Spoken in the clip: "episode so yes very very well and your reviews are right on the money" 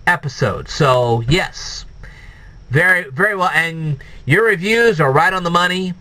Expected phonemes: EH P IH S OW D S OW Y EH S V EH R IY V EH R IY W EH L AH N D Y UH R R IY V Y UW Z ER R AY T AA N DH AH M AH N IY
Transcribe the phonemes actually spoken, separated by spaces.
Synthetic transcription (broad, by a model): EH P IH S OW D S OW Y EH S V EH R IY V EH R IY W EH L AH N Y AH R R IY V Y UW Z ER R AY T N DH AH M AH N IY